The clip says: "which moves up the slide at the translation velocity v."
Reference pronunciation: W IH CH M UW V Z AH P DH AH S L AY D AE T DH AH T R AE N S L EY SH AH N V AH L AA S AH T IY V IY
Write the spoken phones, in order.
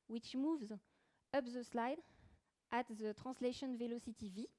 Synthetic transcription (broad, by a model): W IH CH M UW V Z AH P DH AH S L AY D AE T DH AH T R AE S L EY SH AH N V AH L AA S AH T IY V IY